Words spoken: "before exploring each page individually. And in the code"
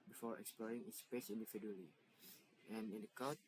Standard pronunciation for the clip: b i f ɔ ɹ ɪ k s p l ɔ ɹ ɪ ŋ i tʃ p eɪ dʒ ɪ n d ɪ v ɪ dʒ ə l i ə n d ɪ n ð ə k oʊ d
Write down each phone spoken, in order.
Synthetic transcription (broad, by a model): b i f ɔ ɹ ɪ k s p l ɔ ɹ ɪ ŋ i s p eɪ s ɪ n d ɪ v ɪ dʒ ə l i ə n ɪ n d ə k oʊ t